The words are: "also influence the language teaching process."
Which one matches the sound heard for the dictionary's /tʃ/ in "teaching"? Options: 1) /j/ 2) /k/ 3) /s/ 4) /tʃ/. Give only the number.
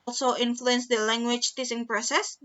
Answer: 3